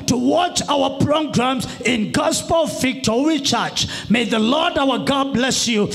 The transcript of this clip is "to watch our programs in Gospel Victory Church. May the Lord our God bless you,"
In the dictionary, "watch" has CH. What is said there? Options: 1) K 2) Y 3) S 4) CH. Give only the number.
4